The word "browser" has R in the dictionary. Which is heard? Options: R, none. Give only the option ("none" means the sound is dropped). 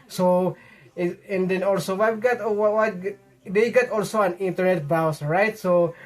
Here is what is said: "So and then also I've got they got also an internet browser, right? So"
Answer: none